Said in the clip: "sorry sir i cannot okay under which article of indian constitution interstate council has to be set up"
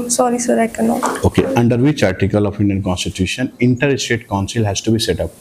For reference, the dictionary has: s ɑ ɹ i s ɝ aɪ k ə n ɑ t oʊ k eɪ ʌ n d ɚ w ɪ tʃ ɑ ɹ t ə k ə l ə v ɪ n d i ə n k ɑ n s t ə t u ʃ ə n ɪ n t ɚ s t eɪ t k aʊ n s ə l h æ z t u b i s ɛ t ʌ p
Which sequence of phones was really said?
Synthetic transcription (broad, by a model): s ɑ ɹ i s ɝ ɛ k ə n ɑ oʊ k eɪ ʌ n d ɚ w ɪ tʃ ɑ ɹ t ə k ə l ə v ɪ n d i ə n k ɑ n s t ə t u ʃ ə n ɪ n t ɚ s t eɪ t k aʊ n s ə l h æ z t u b i s ɛ t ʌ p